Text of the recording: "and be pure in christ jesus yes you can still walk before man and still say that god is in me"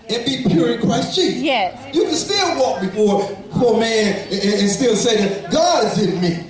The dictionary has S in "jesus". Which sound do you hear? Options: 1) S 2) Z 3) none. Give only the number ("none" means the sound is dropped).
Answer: 3